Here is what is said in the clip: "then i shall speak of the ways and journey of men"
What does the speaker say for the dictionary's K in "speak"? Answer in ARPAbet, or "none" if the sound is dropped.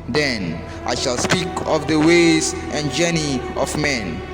K